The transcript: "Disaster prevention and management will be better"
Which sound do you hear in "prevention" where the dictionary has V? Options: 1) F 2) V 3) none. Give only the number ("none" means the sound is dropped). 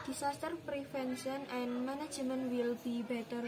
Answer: 1